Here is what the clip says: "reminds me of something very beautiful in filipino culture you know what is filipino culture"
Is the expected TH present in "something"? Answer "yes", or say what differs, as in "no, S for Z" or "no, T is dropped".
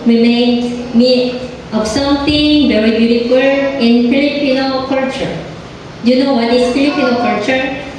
no, T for TH